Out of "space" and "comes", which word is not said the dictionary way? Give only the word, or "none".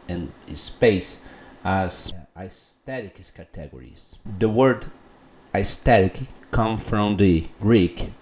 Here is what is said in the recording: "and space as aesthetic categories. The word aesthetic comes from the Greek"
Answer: comes